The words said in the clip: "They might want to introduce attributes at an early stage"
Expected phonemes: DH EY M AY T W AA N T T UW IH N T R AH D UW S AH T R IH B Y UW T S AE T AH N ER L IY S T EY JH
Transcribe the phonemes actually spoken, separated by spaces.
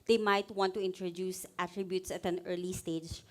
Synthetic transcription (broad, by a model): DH EY M AY T W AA N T T UW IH N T R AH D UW S AH T R IH B Y UW T S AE T AH N ER L IY S T EY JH